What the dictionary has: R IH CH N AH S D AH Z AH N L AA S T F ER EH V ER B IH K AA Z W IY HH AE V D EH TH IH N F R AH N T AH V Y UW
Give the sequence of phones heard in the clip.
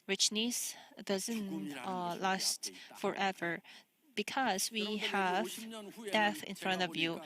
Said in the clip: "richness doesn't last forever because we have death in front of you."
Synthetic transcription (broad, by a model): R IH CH N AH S D AH Z AH N L AA S T F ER EH V ER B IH K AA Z W IY HH AE V D EH TH IH N F R AH N T AH V Y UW